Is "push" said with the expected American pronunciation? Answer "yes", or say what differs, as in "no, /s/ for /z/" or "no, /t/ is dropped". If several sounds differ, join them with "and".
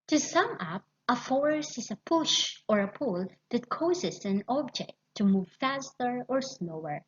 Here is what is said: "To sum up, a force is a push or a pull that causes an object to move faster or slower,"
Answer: yes